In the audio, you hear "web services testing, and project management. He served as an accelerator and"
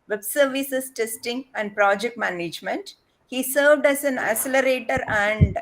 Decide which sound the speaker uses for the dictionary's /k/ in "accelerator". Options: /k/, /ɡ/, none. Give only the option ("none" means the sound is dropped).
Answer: none